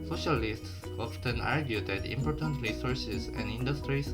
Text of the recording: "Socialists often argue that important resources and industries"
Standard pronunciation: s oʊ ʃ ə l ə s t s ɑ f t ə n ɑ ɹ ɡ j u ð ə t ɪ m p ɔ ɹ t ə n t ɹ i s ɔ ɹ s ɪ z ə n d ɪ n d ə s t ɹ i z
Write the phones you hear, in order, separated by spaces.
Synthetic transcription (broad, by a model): s oʊ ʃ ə l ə s t s ɑ f t ə n ɑ ɹ ɡ j u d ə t ɪ m p ɔ ɹ t ə n t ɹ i s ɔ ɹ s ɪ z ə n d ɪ n d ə s t ɹ i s